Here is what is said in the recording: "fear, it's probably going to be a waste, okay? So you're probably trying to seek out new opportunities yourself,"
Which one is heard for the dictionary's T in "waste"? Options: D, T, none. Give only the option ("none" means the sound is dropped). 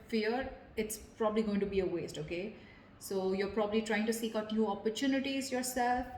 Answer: T